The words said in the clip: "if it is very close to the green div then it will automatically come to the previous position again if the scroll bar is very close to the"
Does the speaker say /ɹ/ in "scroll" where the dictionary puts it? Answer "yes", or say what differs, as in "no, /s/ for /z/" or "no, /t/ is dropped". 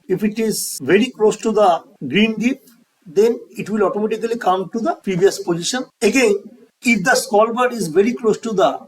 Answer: no, /ɹ/ is dropped